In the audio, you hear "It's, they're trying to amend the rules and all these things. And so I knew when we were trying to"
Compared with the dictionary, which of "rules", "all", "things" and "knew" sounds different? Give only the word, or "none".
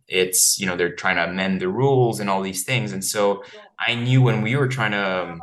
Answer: none